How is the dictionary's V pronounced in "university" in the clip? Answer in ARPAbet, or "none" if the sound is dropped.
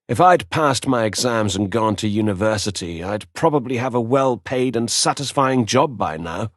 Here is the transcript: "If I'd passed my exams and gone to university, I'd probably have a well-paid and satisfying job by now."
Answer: V